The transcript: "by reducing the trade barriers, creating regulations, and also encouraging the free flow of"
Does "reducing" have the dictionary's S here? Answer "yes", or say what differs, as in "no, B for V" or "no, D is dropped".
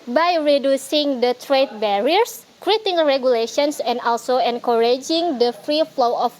yes